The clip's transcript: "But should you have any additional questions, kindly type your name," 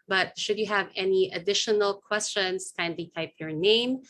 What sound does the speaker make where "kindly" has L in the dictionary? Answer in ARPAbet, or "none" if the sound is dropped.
none